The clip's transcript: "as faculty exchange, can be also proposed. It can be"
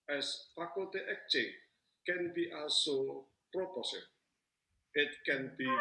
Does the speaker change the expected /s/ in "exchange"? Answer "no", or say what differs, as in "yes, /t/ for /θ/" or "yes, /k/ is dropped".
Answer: yes, /s/ is dropped